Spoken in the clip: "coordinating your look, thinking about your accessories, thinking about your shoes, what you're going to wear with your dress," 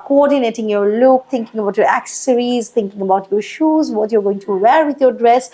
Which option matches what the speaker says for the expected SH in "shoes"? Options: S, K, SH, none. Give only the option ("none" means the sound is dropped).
SH